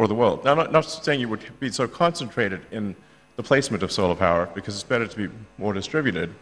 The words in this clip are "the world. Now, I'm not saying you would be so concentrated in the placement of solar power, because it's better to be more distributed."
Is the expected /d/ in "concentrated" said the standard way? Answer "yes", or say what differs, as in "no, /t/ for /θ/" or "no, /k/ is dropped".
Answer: yes